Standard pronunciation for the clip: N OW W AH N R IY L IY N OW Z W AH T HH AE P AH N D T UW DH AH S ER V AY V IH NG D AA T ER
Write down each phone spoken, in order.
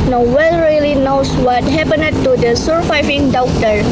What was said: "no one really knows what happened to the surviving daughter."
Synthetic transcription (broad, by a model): N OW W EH L R IY L IY N OW S W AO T HH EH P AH N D T UW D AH S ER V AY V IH NG D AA T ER